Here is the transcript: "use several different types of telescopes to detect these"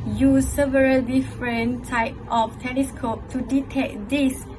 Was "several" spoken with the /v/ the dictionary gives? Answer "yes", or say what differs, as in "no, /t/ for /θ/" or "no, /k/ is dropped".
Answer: yes